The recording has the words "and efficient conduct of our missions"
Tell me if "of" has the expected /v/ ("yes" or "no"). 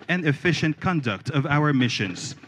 yes